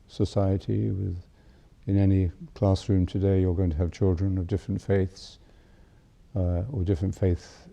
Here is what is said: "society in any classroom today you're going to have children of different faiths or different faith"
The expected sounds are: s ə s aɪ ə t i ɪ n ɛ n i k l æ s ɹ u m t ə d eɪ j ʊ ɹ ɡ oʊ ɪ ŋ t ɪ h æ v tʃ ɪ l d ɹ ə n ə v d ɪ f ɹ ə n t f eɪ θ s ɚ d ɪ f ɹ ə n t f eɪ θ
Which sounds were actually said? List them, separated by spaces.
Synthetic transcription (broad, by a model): s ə s aɪ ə t i ɪ n ɛ n i k l æ s ɹ u m t ə d eɪ j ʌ ɹ ɡ oʊ ɪ ŋ t ɪ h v tʃ ɪ l d ɹ ə n ə v d ɪ f ɹ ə n t f eɪ θ s ɚ d ɪ f ɹ ə n t f eɪ θ